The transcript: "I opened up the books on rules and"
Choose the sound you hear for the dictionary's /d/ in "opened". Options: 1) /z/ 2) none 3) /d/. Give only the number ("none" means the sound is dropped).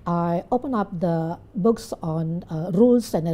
2